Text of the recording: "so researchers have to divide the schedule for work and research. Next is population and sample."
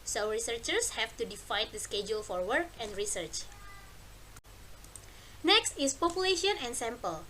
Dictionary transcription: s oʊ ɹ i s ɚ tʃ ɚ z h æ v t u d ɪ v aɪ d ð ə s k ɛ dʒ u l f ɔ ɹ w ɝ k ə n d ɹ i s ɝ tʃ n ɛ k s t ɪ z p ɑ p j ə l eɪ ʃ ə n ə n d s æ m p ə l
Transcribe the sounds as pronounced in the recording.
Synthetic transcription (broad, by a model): s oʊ ɹ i s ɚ tʃ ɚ s h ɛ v t u d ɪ f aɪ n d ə s k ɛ dʒ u l f ɔ ɹ w ɝ k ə n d ɹ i s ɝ tʃ n ɛ k s t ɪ s p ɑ p j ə l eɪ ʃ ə n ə n s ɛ m p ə l